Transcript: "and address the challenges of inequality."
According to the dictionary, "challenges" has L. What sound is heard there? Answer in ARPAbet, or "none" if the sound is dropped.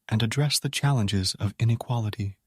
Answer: L